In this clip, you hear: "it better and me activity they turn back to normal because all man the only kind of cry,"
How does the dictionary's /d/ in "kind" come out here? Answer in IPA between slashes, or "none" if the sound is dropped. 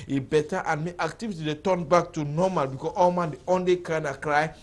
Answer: none